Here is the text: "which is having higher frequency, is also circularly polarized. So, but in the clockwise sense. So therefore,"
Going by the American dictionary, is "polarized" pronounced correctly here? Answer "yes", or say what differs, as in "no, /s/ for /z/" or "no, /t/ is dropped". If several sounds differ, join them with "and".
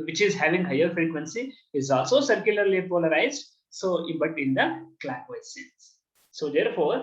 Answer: yes